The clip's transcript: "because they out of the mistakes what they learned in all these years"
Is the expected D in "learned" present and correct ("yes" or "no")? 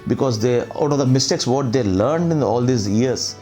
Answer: yes